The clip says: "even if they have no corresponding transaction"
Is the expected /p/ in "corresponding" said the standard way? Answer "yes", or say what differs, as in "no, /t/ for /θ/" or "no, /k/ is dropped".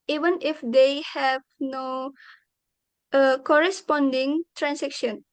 yes